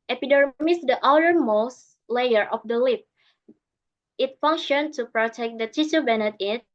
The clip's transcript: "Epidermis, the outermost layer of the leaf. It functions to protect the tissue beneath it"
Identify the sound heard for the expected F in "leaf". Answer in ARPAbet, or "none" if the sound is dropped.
P